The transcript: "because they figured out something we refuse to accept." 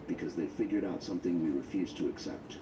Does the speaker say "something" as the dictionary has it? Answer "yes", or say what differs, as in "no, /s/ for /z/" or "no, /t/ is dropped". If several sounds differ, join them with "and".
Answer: yes